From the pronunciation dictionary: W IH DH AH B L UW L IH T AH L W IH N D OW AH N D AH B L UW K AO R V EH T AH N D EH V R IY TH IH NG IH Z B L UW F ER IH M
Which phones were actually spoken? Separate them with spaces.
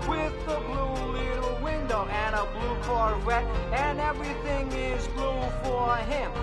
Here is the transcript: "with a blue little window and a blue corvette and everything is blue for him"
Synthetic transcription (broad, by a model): W IH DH AH B L UW L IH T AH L W IH N D OW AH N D AH B L UW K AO R W EH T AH N EH V R IY TH IH NG IH Z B L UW F ER IH M